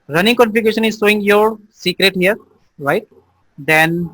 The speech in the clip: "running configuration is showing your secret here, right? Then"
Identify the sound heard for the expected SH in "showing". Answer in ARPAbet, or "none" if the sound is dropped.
S